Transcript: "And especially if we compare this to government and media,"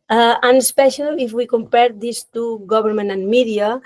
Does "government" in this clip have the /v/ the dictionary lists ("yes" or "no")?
no